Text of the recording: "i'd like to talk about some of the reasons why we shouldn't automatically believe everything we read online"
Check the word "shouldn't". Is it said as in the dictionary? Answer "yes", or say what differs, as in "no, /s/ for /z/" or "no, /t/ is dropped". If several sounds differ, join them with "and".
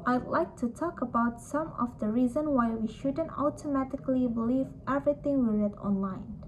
yes